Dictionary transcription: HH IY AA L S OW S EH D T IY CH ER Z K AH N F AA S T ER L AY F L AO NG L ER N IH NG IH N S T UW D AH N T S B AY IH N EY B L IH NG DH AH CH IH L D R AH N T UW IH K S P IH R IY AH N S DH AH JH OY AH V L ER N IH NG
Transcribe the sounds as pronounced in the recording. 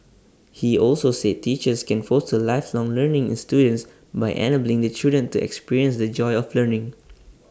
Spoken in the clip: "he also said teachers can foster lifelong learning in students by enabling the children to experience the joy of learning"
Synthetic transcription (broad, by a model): HH IY AA L S OW S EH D T IY CH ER S K AH N F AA S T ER L AY F L AO NG L ER N IH NG IH N S T UW D AH N T S B AY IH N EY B L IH NG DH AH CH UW D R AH N T UW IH K S P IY R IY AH N S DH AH JH OY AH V L ER N IH NG